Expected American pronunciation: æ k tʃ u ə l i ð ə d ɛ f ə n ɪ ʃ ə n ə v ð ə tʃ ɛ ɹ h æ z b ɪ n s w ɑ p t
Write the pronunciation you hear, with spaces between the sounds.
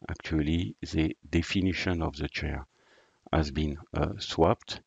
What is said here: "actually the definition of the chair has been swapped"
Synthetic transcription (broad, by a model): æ k tʃ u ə l i ð ə d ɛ f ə n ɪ ʃ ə n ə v ð ə tʃ ɛ ɹ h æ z b ɪ n s w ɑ p t